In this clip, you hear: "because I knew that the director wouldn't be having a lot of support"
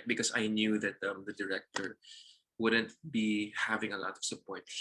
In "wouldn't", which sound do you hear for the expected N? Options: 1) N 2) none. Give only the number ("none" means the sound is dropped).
1